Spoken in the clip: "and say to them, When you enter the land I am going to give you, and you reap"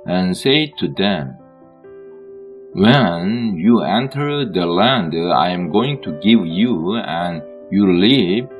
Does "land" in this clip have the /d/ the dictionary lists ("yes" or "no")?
yes